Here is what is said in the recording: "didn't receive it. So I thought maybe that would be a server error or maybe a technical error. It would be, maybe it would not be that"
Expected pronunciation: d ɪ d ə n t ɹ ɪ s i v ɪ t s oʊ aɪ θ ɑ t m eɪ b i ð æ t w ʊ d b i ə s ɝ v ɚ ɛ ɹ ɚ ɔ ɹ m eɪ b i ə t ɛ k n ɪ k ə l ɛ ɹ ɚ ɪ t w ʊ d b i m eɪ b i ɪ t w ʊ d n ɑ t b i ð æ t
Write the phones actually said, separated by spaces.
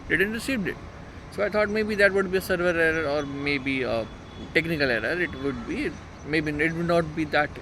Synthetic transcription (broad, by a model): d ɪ d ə n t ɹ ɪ s i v ɪ t s oʊ aɪ t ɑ t m eɪ b i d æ t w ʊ d b i ə s ɝ v ɚ ɛ ɹ ɚ ɔ ɹ m eɪ b i ə t ɛ k n ɪ k ə l ɛ ɹ ɚ ɪ t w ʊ d b i m eɪ b i ɪ t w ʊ d n ɑ t b i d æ t